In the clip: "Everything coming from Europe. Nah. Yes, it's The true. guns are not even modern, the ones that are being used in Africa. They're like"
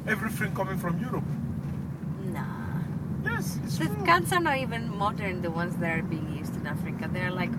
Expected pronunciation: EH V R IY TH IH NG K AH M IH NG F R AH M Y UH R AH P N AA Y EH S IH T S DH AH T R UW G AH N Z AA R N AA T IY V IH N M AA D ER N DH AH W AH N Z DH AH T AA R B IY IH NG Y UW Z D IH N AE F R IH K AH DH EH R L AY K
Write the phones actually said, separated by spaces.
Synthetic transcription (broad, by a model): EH V R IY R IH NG K AH M IH NG F R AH M Y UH R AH P N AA Y EH S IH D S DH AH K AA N S AA R N AA T IY V IH N M AA D ER N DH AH W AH N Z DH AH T AA R B IY IH NG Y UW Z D IH N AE F R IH K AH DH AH R L AY K